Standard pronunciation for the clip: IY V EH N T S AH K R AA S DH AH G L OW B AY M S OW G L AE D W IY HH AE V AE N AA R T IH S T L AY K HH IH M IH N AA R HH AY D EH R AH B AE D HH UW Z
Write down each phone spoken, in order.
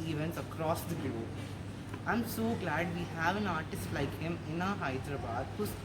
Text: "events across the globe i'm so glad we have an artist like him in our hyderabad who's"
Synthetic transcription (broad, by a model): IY V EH N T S AH K R AA S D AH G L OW AY M S OW G L AE D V IY HH AE V AE N AA R T IH S T L AY K HH IH M IH N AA HH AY D R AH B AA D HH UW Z